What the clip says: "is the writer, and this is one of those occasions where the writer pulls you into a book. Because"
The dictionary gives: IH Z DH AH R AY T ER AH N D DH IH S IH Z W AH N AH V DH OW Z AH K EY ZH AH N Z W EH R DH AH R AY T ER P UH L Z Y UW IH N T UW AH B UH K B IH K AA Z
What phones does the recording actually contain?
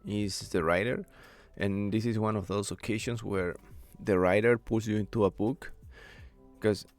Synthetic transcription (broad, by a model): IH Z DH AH R AY T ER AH N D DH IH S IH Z W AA N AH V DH OW S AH K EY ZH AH N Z W EH R DH AH R AY T ER P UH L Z Y UW IH N T UW AH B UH K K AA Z